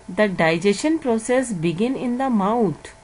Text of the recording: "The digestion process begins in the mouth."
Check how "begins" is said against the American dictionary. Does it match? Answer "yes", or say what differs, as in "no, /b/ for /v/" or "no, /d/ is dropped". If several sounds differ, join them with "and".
no, /z/ is dropped